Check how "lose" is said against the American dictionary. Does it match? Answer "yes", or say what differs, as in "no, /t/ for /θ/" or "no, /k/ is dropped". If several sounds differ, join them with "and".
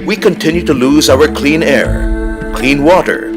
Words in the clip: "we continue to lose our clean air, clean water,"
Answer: yes